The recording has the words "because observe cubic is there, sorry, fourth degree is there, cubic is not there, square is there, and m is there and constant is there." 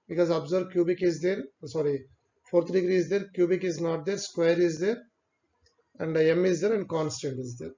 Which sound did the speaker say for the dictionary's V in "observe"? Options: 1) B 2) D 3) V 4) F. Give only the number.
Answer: 1